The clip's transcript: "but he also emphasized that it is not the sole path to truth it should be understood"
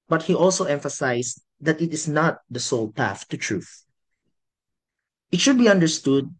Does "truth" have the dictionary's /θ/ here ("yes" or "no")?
yes